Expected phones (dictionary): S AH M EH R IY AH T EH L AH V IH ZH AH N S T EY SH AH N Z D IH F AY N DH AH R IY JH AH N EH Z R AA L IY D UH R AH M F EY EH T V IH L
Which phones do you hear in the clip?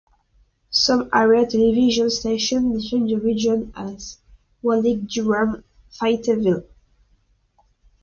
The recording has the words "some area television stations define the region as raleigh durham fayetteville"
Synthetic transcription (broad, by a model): S AH M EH R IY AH T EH L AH V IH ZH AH N S T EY SH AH N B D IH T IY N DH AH R IY JH AH N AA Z W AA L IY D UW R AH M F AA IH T V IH L